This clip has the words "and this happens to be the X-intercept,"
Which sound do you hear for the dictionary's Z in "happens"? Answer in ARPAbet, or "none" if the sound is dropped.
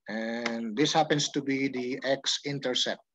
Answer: S